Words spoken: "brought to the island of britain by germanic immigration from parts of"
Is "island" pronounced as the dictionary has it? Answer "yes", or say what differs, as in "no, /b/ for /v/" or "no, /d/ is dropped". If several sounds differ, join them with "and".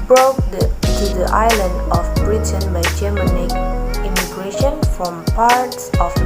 yes